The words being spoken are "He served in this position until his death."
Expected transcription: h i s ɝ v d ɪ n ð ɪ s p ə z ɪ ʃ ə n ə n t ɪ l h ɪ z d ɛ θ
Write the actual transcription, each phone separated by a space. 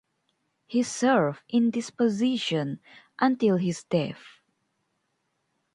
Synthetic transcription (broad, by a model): h i s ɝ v ɪ n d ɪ s p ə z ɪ ʃ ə n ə n t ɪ l h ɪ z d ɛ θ